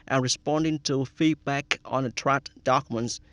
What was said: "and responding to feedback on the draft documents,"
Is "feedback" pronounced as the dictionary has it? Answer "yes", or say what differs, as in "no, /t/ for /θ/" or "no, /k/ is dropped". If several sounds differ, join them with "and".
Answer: yes